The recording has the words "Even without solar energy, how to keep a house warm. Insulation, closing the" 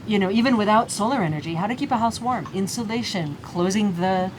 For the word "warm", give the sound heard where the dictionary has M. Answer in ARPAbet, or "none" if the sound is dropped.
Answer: M